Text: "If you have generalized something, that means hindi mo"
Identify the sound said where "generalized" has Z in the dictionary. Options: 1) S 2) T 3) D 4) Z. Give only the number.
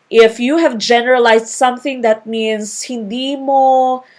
1